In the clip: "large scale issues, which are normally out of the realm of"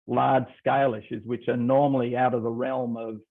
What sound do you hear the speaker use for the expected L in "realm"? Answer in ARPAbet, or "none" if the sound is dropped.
L